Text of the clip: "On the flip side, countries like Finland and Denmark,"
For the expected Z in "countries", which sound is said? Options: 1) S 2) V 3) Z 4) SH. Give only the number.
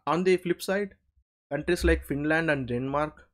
1